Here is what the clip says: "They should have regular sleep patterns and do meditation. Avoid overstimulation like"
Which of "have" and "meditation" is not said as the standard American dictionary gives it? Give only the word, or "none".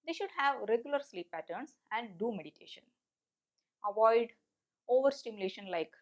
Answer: none